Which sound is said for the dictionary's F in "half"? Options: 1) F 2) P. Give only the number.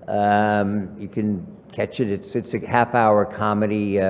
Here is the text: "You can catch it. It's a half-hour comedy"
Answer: 1